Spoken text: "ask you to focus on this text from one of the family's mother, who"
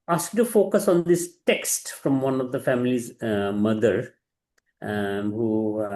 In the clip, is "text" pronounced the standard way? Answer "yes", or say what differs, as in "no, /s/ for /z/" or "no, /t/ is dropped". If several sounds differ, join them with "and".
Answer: yes